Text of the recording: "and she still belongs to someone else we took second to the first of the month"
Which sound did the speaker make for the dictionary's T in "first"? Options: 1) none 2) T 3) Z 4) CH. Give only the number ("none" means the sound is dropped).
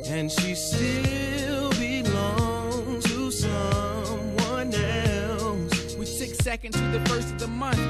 2